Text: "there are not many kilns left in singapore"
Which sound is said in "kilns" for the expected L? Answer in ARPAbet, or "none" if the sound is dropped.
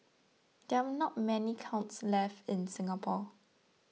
W